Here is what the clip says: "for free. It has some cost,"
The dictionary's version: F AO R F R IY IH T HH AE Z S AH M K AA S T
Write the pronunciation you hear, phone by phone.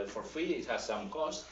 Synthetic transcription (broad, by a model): F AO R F IY IH T HH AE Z S AH M K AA S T